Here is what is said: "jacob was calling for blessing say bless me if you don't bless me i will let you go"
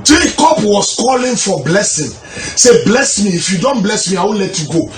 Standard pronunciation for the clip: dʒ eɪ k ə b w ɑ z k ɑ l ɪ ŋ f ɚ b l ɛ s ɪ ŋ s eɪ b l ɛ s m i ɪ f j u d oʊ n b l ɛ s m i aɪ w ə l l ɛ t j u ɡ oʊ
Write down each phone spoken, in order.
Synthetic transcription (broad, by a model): dʒ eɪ k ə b w ɑ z k ɑ l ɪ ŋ f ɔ b l ɛ s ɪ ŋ s eɪ b l ɛ s m i ɪ f j u d oʊ n b l ɛ s m i aɪ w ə n l ɛ t j u ɡ oʊ